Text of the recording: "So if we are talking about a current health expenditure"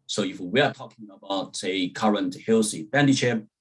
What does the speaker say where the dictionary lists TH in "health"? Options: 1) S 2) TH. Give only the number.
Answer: 1